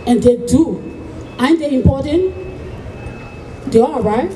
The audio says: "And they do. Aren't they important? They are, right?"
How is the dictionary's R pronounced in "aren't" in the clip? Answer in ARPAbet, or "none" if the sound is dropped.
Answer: none